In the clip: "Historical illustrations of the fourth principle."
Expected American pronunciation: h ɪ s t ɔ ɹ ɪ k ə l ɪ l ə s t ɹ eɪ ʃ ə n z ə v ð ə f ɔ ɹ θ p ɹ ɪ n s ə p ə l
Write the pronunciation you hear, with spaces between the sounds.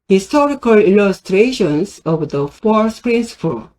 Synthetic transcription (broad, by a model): h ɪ s t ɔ ɹ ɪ k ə l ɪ l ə s t ɹ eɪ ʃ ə n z ə v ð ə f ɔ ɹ s p ɹ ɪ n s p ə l